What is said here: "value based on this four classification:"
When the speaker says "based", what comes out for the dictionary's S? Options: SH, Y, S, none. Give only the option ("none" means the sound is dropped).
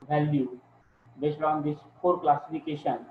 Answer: SH